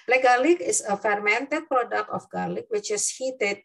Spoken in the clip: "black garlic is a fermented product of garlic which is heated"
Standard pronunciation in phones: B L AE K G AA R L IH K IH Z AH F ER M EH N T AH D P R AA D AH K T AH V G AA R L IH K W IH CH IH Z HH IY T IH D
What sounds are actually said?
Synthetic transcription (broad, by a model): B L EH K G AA L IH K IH S AH F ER M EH N T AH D P R AA D AH K T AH F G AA L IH K W IH CH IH S HH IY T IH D